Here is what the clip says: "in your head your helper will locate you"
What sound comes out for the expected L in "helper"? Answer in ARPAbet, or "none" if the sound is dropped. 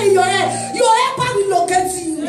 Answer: none